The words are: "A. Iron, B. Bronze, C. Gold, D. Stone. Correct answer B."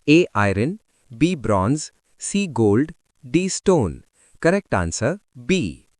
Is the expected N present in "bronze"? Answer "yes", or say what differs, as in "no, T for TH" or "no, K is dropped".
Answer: yes